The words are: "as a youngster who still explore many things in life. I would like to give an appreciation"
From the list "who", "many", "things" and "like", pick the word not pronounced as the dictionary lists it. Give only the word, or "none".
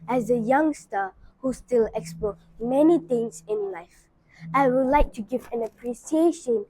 things